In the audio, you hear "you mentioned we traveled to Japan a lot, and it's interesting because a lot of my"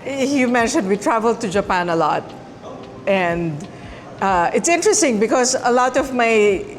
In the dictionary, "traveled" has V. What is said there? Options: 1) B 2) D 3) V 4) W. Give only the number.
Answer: 3